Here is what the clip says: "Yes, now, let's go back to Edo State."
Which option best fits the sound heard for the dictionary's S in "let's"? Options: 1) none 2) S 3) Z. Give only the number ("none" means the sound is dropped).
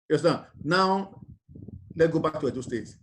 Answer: 1